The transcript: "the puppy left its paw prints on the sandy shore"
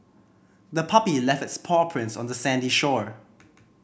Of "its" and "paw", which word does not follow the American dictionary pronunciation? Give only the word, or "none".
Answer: none